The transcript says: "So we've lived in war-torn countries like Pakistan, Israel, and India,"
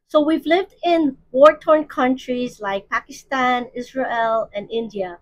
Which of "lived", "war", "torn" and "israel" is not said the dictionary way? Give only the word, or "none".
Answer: none